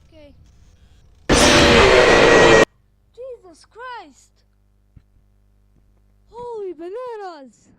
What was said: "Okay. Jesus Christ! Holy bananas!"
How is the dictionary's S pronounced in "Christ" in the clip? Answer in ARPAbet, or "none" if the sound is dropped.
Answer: S